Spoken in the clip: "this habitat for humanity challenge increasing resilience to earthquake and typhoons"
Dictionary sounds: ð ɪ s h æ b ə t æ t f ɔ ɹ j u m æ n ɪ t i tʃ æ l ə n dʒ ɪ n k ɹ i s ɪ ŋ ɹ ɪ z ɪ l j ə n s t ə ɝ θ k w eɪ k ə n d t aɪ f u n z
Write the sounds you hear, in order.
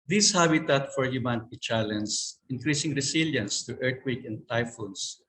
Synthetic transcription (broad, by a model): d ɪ s h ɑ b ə t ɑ t f ɔ ɹ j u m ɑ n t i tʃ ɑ l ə n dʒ ɪ n k ɹ i s ɪ ŋ ɹ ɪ s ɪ l j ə n s t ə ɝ t k w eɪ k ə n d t aɪ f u n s